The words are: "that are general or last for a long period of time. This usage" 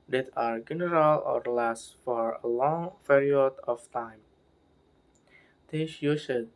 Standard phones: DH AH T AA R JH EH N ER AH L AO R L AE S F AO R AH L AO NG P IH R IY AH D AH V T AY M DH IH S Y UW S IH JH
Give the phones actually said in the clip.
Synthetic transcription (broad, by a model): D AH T AA R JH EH N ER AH L AO R L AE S F AO R AH L AO NG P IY R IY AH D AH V T AY M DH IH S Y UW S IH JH